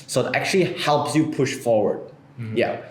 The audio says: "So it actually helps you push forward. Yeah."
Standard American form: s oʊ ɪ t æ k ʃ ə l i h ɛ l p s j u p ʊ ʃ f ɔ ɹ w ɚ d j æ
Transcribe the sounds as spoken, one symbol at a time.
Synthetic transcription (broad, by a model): s oʊ ɪ t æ k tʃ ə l i h ɛ l p s j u p ʊ ʃ f ɔ ɹ w ɚ d j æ